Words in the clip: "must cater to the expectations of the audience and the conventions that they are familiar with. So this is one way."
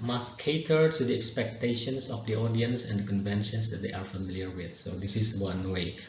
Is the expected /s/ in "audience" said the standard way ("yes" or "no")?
yes